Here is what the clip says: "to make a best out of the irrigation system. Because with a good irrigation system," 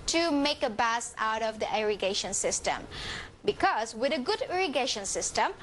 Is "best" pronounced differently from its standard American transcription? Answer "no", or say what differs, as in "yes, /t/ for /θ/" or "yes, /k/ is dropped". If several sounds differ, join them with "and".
yes, /t/ is dropped